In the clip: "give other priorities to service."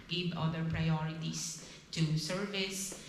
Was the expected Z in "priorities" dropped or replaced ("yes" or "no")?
yes